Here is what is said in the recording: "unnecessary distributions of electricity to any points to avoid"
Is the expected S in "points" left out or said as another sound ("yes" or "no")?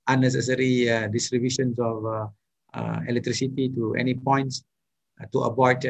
no